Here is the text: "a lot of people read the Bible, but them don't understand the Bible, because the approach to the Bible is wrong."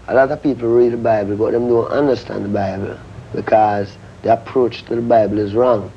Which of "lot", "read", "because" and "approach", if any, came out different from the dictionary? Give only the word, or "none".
none